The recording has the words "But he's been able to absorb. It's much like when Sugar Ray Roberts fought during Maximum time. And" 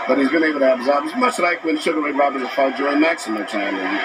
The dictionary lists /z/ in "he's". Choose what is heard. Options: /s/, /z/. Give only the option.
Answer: /z/